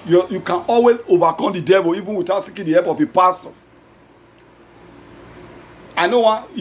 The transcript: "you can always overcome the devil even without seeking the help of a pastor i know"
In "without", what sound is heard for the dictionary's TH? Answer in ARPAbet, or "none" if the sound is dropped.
T